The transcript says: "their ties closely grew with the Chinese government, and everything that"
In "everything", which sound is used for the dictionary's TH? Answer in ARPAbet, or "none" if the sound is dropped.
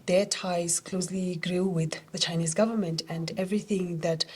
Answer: TH